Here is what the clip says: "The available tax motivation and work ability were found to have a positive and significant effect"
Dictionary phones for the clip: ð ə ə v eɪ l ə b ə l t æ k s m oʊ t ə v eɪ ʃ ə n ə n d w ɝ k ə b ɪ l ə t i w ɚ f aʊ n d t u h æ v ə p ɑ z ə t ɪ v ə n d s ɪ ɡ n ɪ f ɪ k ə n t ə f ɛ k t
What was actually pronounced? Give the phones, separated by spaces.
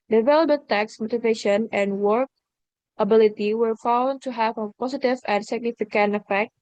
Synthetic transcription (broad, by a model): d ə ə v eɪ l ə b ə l t æ k s m oʊ t ə v eɪ ʃ ə n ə n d w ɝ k ə b ɪ l ə t i w ɚ f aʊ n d t u h æ v ə p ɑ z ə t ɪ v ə n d s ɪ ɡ n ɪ f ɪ k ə n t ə f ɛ k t